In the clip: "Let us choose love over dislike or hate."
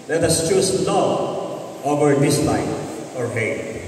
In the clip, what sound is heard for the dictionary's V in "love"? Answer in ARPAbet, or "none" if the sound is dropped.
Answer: none